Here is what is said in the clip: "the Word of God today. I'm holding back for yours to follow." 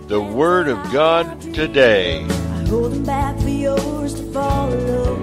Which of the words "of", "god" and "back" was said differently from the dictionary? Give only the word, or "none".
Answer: none